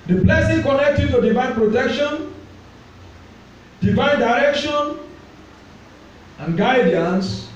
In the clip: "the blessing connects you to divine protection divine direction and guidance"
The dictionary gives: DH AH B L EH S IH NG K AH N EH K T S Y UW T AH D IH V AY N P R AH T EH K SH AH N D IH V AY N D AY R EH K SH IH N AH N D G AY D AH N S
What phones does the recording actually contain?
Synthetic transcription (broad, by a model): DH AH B L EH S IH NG K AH N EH K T Y UW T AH D IH V AY N P R AH T EH K SH AH N D IH V AY N D AY R EH K SH IH N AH N G AY D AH N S